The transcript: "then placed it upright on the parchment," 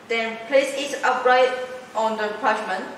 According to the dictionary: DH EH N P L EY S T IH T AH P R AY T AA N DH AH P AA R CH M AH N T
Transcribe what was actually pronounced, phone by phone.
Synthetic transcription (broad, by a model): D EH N P L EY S IH T AH P R AY T AA N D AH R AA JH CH M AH N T